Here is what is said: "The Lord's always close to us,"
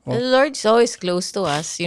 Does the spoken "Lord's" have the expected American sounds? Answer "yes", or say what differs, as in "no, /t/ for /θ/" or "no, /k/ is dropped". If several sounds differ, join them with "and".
no, /s/ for /z/